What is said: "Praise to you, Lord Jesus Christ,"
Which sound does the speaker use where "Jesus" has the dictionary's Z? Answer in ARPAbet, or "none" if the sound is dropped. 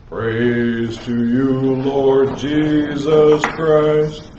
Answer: Z